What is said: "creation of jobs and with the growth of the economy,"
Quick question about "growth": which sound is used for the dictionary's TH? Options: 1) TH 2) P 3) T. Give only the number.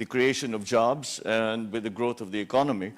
3